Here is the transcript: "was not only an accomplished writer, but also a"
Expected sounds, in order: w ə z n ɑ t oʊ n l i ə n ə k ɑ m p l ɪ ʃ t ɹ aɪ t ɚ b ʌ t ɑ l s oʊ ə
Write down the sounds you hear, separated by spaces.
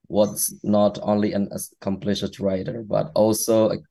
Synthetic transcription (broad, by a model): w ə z n ɑ t oʊ n l i ə n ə k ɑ m p l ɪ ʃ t ɹ aɪ t ɚ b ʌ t ɑ l s oʊ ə